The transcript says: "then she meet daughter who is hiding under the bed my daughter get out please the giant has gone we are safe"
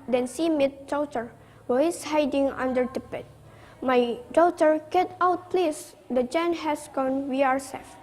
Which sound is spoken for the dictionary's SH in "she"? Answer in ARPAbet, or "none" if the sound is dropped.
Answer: S